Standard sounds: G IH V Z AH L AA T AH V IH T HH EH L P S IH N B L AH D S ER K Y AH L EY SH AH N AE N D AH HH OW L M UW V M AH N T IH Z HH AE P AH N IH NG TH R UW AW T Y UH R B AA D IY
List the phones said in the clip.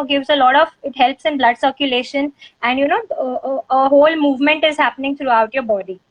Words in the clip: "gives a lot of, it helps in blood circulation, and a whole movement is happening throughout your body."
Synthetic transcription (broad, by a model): G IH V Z AH L AA T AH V IH T HH EH L P S IH N B L AH D S ER K Y AH L EY SH AH N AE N D AH HH OW L M UW V M AH N T IH Z HH AE P AH N IH NG T R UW AW T Y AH R B AA D IY